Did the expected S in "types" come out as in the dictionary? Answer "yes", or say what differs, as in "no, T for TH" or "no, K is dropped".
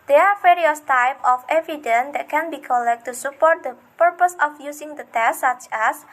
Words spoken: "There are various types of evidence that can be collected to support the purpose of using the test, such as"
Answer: no, S is dropped